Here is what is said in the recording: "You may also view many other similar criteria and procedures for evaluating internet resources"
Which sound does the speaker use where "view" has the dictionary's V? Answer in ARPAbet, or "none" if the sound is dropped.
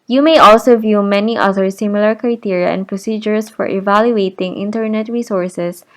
V